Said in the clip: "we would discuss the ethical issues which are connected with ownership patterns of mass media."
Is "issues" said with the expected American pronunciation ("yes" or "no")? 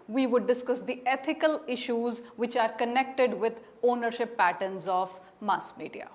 yes